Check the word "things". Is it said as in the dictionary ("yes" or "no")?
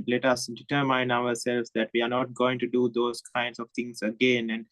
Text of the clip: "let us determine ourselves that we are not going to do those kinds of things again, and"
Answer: no